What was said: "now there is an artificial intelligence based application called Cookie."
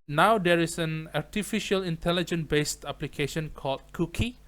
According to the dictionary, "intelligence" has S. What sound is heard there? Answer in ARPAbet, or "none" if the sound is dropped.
none